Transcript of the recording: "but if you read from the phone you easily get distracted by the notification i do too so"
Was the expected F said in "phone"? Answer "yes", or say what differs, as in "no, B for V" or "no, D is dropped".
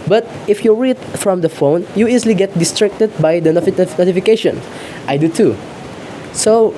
yes